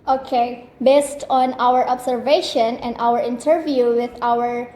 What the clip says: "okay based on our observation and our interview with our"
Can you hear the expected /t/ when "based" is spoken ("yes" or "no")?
yes